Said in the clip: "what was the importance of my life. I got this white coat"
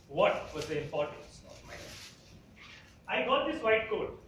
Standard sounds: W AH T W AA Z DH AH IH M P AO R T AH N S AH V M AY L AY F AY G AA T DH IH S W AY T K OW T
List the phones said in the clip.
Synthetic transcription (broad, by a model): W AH T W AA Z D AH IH M P AO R T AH N S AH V M AY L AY AY G AA T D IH S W AY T K OW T